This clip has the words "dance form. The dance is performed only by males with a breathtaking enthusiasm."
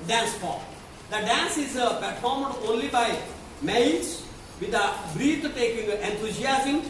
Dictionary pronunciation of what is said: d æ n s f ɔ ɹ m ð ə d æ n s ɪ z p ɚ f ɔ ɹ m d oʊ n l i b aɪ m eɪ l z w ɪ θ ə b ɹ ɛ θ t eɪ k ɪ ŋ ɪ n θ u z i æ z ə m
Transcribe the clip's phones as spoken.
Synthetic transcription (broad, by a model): d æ n s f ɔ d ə d æ n s ɪ z p ɚ f ɔ ɹ m d oʊ n l i b aɪ m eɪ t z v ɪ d ə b ɹ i t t eɪ k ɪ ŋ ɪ n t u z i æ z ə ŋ